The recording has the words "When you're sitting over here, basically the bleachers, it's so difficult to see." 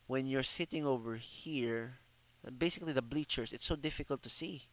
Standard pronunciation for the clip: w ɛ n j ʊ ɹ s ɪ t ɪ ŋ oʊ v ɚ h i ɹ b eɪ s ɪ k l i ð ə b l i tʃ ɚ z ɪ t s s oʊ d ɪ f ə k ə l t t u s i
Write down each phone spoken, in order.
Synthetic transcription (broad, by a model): w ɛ n j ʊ ɹ s ɪ t ɪ ŋ oʊ v ɚ h i ɹ b eɪ s ɪ k l i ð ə b l i tʃ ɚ s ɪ t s s oʊ d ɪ f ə k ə l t t u s i